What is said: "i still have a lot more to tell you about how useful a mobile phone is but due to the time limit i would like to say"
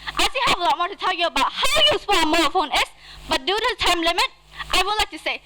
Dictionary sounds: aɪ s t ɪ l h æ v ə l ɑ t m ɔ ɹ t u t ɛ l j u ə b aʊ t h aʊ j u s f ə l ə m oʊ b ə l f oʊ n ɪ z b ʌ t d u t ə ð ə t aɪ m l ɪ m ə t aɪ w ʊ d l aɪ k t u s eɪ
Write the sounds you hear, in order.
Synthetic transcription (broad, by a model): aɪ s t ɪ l h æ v ə l ɑ t m ɔ ɹ t u t ɛ l j u ə b aʊ t h aʊ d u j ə w ə m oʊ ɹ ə f oʊ n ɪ s b ʌ t d u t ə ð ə t aɪ m l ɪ m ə t aɪ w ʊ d l aɪ k t u s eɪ